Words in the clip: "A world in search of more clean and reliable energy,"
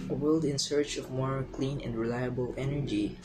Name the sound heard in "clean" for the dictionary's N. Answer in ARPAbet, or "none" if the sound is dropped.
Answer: N